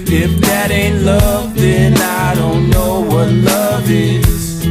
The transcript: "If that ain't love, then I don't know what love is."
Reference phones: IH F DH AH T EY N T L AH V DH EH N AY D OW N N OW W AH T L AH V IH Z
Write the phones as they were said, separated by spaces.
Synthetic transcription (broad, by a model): IH F DH AH T EY N T L AH V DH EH N AY D OW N N OW W AH T L AH V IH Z